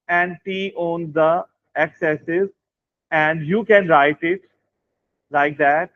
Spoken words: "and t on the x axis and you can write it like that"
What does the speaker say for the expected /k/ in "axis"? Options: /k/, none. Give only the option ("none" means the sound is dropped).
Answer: none